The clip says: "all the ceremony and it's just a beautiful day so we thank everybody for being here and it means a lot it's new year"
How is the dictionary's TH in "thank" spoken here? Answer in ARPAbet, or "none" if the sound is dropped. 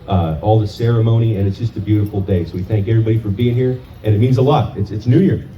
TH